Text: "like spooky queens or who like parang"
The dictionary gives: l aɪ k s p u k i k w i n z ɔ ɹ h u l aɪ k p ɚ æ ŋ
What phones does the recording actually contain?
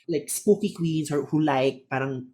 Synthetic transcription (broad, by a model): l aɪ k s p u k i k w i n s ɔ ɹ h u l aɪ k p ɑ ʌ ŋ